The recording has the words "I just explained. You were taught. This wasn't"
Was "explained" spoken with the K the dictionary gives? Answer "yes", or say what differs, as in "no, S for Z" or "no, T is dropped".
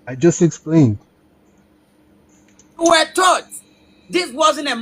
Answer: yes